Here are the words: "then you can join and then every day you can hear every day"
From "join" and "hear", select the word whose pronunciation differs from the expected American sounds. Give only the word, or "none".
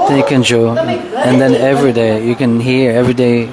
join